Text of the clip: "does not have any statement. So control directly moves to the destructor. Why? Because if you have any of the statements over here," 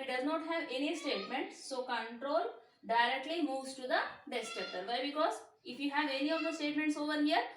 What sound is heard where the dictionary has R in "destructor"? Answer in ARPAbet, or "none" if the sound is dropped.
none